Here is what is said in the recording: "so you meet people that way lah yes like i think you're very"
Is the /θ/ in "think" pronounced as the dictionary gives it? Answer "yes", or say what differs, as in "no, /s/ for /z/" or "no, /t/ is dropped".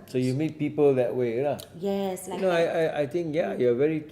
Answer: no, /t/ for /θ/